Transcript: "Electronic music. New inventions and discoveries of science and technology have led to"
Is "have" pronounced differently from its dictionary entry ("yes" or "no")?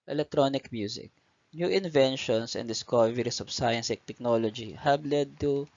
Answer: yes